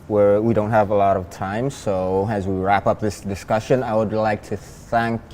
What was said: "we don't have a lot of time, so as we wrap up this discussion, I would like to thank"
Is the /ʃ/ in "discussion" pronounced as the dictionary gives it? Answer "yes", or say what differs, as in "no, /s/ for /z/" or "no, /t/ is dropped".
yes